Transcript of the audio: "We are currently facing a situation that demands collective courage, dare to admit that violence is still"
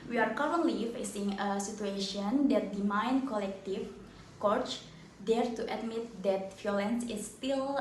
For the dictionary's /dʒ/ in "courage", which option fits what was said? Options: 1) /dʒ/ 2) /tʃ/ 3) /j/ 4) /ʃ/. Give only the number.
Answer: 2